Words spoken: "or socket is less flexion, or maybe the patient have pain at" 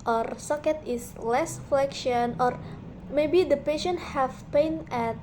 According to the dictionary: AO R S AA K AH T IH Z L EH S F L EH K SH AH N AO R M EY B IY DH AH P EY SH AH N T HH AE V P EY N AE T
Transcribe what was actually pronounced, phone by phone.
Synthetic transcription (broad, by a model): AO R S AA K AH T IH S L EH S F L EH K SH AH N AO R M EY B IY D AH P EY SH AH N T HH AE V P EY N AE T